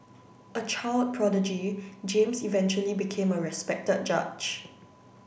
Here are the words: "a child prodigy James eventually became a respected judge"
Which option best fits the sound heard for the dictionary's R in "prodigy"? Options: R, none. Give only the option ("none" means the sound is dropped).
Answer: R